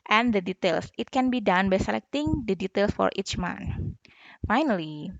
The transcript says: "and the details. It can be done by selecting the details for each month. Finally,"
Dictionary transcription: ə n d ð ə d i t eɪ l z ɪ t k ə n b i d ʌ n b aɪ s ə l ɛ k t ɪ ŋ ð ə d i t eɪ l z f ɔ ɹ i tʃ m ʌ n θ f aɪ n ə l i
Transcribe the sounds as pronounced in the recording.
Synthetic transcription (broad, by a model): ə n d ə d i t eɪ l s ɪ t k ə n b i d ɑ n b aɪ s ə l ɛ k t ɪ ŋ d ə d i t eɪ l s f ɔ ɹ i tʃ m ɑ n f aɪ n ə l i